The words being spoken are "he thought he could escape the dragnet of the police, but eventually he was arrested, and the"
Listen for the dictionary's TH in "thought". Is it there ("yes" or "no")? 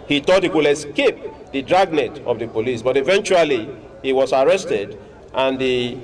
no